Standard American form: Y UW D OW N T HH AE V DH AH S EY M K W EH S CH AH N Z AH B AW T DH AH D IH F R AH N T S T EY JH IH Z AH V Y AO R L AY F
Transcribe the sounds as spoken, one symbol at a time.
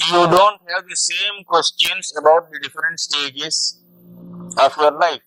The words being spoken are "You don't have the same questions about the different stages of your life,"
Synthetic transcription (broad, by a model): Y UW D OW N T HH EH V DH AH S EY M K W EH S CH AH N S AH B AW T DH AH D IH F R AH N T S T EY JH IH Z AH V Y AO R L AY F